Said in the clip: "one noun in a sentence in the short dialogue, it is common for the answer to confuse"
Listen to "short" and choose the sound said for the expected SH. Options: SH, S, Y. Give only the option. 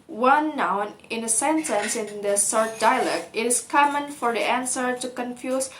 S